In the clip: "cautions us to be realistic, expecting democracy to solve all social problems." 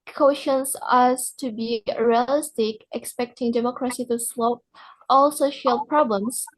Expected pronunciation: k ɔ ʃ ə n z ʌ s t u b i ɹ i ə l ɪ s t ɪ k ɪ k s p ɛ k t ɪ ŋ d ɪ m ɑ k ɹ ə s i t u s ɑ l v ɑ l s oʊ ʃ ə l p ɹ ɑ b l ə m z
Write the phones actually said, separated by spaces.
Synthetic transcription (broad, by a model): k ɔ ʃ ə n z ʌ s t u b i ɹ i ə l ɪ s t ɪ k ɪ k s p ɛ k t ɪ ŋ d ɪ m ɑ k ɹ ə s i t u s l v ɑ l s oʊ ʃ ə l p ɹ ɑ b l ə m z